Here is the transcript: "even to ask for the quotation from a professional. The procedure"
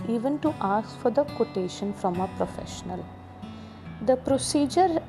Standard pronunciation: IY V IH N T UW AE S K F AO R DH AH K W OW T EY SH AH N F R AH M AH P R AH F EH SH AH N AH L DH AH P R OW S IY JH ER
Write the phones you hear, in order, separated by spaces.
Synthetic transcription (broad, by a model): IY V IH N T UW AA S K F AO R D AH K W OW T EY SH AH N F R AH M AH P R AH F EH SH AH N AH L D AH P R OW S IY JH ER